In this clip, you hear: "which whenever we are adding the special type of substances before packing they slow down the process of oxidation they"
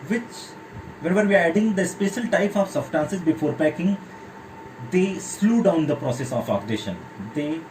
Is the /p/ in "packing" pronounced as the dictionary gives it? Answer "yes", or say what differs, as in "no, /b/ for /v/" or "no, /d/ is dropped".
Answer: yes